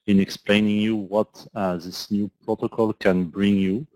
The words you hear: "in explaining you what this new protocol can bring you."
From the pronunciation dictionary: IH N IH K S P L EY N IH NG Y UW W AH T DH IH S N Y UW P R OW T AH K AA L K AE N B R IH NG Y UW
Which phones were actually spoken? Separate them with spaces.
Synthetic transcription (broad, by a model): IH N IH K S P L EY N IH NG Y UW W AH T DH IH S N Y UW P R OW T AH K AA L K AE N B R IH NG Y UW